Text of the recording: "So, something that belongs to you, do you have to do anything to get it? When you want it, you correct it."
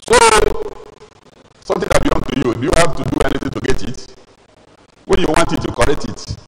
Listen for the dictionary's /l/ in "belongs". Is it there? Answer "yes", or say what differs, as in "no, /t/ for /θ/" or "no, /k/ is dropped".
no, /l/ is dropped